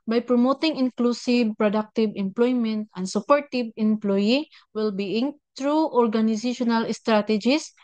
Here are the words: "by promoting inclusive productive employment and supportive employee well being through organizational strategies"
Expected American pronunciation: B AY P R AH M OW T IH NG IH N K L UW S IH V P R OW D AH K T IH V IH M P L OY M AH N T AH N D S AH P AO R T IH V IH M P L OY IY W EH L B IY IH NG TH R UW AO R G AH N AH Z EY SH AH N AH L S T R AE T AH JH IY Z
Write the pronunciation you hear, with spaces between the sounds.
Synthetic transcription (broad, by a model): B AY P R AH M OW T IH NG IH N K L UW S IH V P R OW D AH K T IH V IH M P L OY M AH N T AH N D S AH P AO R T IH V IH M P L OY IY W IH L B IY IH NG T R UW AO R G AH N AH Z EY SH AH N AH L S T R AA T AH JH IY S